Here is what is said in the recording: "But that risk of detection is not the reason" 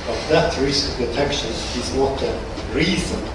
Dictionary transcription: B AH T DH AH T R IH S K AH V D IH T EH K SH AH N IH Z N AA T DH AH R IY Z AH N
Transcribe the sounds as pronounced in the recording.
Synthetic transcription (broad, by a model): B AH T DH AH T R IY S AH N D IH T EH K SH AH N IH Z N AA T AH R IY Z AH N